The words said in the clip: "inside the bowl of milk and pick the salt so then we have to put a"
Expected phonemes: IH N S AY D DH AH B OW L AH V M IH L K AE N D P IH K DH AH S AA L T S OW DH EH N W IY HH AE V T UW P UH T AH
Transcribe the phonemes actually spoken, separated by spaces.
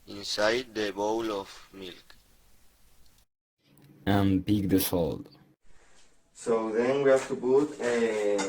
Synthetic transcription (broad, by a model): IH N S AY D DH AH B OW L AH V M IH L K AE N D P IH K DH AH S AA L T S OW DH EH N W IY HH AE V T UW B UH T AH